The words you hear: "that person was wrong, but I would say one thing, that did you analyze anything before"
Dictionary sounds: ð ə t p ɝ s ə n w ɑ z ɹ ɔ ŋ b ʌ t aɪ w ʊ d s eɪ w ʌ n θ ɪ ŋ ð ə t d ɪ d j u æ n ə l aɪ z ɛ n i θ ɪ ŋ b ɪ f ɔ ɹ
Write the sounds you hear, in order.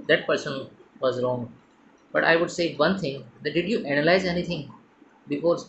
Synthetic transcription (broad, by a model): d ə t p ɝ s ə n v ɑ z ɹ ɔ ŋ b ʌ t aɪ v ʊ d s eɪ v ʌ n t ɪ ŋ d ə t d ɪ d j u æ n ə l aɪ z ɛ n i t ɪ ŋ b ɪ f ɔ ɹ